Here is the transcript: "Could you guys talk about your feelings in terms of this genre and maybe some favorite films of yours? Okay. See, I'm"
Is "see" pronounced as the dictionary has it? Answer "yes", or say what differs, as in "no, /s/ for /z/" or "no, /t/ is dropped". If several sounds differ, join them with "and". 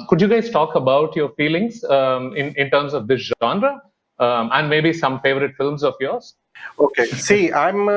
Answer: yes